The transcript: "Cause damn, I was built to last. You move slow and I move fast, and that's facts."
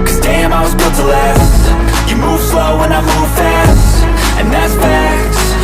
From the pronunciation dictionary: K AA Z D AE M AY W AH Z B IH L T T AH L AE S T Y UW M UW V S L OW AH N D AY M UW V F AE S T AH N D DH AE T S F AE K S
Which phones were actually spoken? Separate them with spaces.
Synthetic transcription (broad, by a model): K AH Z D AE M AY W AH Z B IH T T AH L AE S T Y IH M UW V S L OW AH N AY M UW V F AE S T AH N DH AE T S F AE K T